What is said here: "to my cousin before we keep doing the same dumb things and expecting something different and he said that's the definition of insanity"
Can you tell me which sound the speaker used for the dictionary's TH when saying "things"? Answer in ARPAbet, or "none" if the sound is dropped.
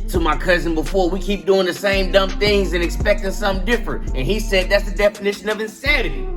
TH